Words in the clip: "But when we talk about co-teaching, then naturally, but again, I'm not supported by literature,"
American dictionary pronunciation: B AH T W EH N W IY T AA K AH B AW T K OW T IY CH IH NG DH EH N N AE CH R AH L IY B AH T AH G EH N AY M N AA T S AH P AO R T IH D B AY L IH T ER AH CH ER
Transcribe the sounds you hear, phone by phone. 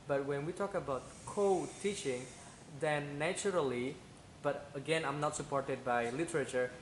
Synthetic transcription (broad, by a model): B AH T W EH N W IY T AA K AH B AW T K OW T IY CH IH NG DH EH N N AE CH R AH L IY B AH T AH G EH N AY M N AA T S AH P AO R T IH D B AY L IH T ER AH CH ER